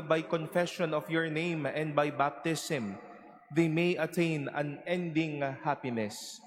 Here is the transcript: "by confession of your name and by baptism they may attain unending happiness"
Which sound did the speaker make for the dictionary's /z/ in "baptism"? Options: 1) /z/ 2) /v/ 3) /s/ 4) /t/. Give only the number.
3